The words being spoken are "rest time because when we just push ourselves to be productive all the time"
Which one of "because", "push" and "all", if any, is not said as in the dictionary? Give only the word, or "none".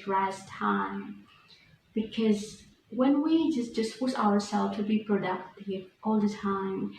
push